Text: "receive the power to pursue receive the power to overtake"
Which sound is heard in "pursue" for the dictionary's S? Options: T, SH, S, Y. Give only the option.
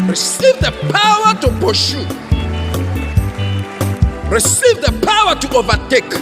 SH